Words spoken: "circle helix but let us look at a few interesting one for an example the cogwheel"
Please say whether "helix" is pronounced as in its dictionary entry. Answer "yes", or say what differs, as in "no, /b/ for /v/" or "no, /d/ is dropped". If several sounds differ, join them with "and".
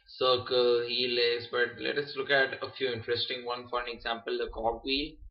no, /k/ is dropped